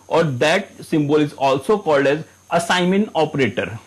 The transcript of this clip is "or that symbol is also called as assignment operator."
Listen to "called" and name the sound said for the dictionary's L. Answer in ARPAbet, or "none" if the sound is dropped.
L